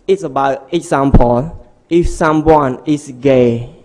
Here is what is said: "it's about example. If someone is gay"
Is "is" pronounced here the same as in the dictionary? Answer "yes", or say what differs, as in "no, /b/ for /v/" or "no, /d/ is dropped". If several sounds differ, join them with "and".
no, /s/ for /z/